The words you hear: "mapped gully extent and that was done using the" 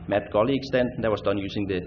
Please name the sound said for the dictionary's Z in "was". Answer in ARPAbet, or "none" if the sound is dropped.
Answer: S